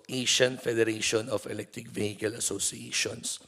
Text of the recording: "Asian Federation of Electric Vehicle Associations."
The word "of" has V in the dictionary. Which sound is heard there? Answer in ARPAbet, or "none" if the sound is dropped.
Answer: F